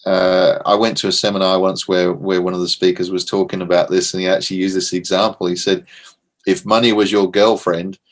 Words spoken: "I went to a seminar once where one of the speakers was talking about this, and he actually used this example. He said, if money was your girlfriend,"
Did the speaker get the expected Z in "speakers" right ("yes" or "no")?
yes